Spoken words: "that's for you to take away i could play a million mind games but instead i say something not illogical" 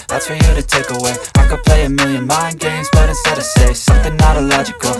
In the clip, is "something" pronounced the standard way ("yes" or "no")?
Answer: yes